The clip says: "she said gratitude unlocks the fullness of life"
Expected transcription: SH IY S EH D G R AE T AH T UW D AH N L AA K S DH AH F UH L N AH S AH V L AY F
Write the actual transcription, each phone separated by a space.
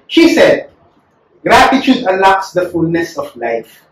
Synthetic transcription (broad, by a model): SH IY S EH D G R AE T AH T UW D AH L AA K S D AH F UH L N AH S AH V L AY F